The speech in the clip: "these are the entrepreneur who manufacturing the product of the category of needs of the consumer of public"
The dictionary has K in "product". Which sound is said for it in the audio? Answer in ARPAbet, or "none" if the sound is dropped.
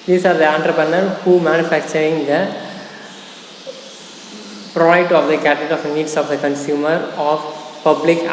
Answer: none